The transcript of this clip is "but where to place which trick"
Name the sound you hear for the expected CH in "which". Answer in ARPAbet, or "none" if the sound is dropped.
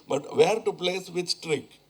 S